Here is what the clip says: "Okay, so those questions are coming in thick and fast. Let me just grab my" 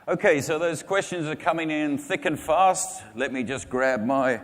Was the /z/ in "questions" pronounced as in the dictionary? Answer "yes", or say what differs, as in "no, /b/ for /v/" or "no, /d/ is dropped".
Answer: yes